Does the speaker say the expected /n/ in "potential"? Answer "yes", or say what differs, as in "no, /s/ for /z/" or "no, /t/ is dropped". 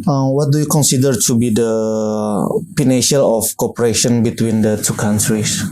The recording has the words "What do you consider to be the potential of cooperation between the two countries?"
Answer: no, /n/ is dropped